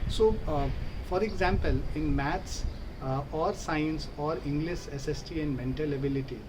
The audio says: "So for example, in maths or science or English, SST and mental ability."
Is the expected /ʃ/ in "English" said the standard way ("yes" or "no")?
no